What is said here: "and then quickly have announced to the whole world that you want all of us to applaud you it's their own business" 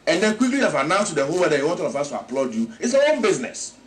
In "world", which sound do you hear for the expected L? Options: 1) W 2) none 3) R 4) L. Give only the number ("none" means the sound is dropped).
2